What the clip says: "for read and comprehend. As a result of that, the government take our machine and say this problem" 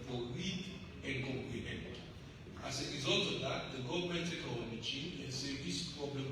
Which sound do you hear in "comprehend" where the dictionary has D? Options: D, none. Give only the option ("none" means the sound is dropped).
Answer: none